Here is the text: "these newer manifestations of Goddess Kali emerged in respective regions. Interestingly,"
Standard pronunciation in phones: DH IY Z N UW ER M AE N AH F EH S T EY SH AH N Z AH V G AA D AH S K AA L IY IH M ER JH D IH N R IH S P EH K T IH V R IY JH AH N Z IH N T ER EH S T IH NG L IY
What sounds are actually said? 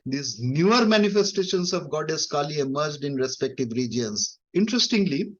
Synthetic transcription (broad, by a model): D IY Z N UW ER M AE N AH F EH S T EY SH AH N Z AH V G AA D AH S K AA L IY IH M ER JH D IH N R IH S P EH K T IH V R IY JH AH N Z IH N T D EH S T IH NG L IY